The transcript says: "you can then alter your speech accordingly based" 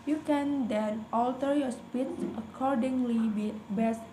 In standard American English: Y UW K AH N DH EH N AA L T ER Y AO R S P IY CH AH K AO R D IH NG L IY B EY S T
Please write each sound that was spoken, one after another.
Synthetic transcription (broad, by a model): Y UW K AH N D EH N AA L T ER Y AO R S P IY S AH K AO R D IH NG L IY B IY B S